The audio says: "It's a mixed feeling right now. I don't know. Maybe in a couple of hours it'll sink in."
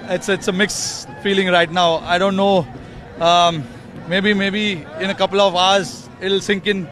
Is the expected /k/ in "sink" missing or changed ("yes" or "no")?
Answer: no